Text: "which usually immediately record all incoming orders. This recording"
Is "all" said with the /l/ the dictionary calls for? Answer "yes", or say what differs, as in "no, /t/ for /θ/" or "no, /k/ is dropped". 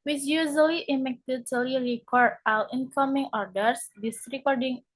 no, /w/ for /l/